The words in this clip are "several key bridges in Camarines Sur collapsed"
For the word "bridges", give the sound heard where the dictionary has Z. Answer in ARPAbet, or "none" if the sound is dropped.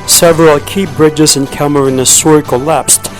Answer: Z